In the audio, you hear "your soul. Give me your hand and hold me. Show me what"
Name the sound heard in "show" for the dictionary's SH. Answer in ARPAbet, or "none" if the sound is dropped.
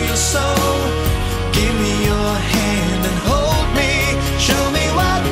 SH